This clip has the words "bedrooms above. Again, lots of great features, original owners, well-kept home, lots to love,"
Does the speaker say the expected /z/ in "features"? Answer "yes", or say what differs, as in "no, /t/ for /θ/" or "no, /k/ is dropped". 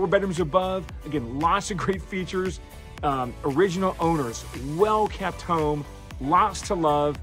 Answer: yes